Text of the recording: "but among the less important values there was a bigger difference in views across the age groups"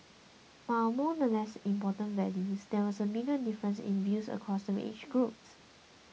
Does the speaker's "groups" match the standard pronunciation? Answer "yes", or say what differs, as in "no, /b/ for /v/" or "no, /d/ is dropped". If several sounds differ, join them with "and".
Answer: yes